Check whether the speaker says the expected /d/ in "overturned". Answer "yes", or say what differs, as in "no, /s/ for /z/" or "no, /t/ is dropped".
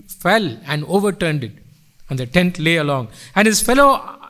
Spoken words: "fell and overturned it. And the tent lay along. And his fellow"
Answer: yes